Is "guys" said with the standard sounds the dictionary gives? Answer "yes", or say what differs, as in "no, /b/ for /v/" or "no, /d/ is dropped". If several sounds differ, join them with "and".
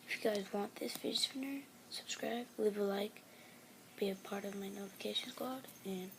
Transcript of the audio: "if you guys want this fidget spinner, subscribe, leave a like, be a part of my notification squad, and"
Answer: yes